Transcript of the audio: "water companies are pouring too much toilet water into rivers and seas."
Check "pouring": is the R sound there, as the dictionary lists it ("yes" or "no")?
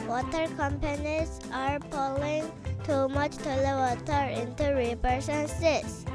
no